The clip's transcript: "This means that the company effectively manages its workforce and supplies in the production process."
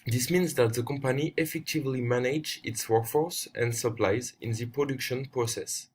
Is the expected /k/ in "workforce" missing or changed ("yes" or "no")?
no